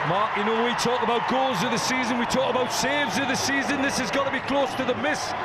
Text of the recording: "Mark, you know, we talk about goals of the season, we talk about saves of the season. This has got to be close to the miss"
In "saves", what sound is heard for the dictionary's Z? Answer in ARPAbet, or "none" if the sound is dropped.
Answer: Z